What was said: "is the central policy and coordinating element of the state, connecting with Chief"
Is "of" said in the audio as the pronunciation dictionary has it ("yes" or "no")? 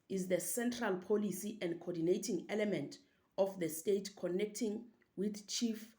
no